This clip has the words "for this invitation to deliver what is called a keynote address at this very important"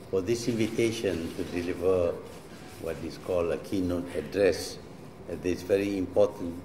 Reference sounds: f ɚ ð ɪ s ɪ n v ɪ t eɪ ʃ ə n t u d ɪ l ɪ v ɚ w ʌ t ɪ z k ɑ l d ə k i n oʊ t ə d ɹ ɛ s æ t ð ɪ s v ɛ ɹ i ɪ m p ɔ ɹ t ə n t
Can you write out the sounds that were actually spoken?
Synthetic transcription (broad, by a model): f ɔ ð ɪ s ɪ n v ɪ t eɪ ʃ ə n t u d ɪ l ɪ v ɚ w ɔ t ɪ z k ɑ l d ə k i n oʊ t ə d ɹ ɛ s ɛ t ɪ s v ɛ ɹ i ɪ m p ɔ t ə n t